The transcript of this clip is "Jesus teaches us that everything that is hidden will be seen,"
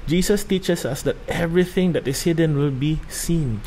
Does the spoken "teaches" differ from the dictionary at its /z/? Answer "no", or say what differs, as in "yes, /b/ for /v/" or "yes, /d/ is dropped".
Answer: yes, /s/ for /z/